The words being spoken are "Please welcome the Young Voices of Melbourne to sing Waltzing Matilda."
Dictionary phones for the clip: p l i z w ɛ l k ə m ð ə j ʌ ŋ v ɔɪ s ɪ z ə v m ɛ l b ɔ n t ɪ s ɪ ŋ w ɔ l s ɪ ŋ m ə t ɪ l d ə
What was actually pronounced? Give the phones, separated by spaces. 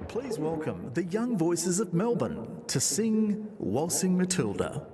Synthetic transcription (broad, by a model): p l i z w ɛ l k ə m ð ə j ʌ ŋ v ɔɪ s ɪ z ə v m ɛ l b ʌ n t ɪ s ɪ ŋ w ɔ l s ɪ ŋ m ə t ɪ l d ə